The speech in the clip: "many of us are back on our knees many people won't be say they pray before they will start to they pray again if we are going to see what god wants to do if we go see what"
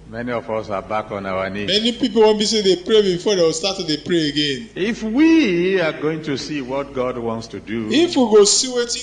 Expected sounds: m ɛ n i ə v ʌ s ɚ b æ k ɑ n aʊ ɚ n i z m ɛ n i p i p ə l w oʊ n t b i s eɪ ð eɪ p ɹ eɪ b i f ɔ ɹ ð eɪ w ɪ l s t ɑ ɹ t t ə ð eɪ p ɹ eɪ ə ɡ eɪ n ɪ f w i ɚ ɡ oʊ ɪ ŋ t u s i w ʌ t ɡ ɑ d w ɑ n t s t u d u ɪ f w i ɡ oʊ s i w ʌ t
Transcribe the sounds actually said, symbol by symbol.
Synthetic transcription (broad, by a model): m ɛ n i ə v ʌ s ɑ b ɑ k ɑ n aʊ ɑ n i m ɛ n i p i p ə l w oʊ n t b i s eɪ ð eɪ p ɹ eɪ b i f ɔ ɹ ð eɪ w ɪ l s t ɑ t t ə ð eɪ p ɹ eɪ ə ɡ eɪ n ɪ f w i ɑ ɡ oʊ ɪ ŋ t u s i w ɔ t ɡ ɑ d w ɑ n t s t u d u ɪ f w i ɡ oʊ s i w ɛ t